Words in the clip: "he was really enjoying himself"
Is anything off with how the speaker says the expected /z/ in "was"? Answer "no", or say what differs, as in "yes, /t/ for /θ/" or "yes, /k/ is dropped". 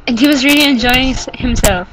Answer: no